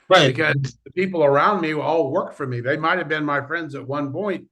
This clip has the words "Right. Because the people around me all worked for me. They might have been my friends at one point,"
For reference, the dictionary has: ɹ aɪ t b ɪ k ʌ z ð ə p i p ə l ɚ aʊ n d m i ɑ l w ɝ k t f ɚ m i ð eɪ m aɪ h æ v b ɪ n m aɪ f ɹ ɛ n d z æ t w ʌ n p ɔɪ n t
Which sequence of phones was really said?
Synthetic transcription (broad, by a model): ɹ aɪ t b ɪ k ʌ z ð ə p i p l ɚ aʊ n d m i ɑ l w ɝ k f ɚ m i ð eɪ m aɪ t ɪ v b ɪ n m aɪ f ɹ ɛ n d z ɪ t w ʌ n p ɔɪ n t